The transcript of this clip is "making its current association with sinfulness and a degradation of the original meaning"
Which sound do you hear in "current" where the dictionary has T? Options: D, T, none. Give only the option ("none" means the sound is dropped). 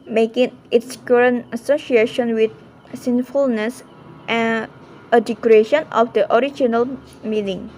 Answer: none